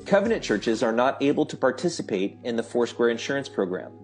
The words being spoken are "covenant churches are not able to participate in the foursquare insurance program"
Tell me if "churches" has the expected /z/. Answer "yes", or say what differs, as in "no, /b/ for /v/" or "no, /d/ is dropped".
yes